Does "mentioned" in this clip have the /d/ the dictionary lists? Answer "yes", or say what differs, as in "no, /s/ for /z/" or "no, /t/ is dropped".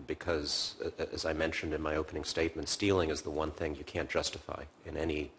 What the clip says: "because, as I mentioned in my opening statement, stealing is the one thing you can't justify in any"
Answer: yes